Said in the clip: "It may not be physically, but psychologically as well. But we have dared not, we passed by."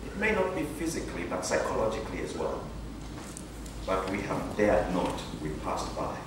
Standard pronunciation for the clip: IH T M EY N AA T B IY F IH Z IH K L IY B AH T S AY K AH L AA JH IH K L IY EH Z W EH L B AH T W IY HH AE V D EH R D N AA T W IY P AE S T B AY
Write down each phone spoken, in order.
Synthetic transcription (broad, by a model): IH T M EY N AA T B IY F IH Z IH K L IY B AH T S AY K AH L AA JH IH K L IY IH Z W EH L B AH T W IY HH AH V D EH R D N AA T W IY P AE S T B AY